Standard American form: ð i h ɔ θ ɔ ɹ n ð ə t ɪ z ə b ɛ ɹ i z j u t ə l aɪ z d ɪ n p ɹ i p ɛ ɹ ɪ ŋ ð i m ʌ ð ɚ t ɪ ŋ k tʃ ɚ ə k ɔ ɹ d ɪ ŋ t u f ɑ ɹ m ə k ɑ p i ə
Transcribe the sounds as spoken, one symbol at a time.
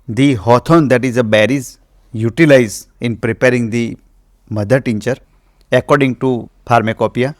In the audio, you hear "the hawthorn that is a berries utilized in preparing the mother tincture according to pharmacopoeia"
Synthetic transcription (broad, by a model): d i h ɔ t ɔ n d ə t ɪ z ə b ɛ ɹ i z j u t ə l aɪ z ɪ n p ɹ i p ɛ ɹ ɪ ŋ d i m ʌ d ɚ t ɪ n tʃ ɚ ə k ɔ ɹ d ɪ ŋ t u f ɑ ɹ m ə k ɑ p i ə